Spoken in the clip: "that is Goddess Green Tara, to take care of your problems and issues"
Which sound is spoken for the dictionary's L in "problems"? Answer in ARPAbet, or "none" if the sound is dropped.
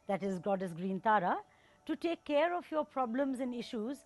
L